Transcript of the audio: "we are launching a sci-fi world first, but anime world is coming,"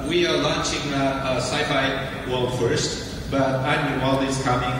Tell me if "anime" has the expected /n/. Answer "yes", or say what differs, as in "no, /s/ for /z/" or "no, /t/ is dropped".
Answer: no, /n/ is dropped